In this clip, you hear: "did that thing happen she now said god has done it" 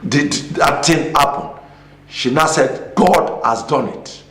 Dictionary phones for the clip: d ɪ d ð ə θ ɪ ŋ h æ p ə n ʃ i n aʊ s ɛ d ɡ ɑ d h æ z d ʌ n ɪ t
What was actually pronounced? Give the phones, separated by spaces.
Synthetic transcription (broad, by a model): d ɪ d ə t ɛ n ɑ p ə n ʃ i n aʊ s ɛ d ɡ ɑ d h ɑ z d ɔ n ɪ t